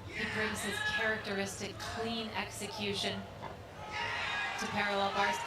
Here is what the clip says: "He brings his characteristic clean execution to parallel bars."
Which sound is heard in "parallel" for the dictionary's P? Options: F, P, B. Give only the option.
P